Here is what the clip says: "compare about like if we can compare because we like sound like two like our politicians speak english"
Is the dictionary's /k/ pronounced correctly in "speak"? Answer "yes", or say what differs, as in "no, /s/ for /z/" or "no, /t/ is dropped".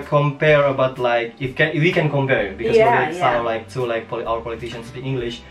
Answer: no, /k/ is dropped